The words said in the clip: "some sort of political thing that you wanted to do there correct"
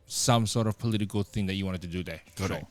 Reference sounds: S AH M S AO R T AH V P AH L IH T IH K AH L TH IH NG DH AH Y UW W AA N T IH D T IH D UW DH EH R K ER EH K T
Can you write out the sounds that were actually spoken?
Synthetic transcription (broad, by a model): S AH M S AO R T AH V P AH L IH T IH K AH L TH IH NG DH AH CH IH W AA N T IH D T IH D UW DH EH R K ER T